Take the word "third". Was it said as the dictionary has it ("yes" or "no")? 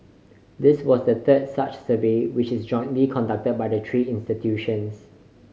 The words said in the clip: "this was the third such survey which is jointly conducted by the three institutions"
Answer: no